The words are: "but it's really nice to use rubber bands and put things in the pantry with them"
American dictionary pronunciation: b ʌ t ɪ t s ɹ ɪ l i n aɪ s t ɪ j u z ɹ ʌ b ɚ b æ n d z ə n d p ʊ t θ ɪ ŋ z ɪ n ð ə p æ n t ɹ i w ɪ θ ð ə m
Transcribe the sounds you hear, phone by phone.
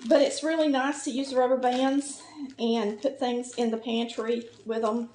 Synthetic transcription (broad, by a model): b ʌ t ɪ t s ɹ ɪ l i n aɪ s t ɪ j u z ɹ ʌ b ɚ b æ n d z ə n p ʊ t θ ɪ ŋ z ɪ n ð ə p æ n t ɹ i w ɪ ð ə m